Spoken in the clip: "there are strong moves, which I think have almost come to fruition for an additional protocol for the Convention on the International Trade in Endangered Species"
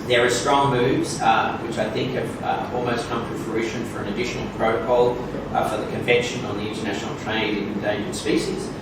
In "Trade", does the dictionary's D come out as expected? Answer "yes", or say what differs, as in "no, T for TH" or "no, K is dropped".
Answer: no, D is dropped